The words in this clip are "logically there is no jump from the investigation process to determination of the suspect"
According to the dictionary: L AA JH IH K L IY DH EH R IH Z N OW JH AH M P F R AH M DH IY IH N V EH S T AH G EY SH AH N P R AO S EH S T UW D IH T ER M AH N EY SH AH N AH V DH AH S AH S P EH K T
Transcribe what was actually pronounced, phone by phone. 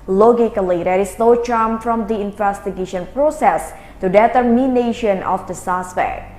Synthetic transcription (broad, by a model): L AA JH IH K L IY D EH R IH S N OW CH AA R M F R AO M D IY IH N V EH S T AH G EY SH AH N P R AO S EH S T UW D IH T ER M AH N EY SH AH N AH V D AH S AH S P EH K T